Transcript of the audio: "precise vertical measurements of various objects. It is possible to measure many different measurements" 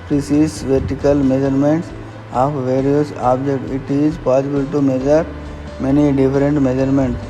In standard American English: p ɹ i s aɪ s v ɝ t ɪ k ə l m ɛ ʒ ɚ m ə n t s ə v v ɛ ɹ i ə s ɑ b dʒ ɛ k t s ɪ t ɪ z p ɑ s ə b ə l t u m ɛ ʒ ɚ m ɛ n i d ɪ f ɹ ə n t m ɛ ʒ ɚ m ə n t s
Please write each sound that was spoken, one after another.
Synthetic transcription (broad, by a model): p ɹ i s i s v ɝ t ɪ k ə l m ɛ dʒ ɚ m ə n t s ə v v ɛ ɹ i ə s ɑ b dʒ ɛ k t ɪ t ɪ z p ɑ s ə b ə l t u m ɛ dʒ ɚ m ɛ n i d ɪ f ɹ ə n t m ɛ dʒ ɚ m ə n t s